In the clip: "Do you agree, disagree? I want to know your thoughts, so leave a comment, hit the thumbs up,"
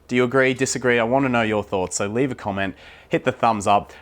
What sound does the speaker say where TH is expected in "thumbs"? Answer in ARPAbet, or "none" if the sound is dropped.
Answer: TH